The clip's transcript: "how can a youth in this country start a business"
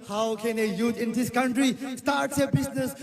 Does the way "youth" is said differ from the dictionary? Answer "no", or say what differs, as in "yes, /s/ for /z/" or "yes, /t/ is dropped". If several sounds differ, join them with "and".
yes, /t/ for /θ/